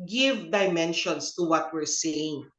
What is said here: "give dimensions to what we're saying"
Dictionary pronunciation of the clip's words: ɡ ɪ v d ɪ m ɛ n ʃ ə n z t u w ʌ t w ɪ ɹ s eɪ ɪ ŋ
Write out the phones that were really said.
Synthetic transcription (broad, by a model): ɡ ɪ v d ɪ m ɛ n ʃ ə n s t u w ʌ t w ɪ ɹ s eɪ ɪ ŋ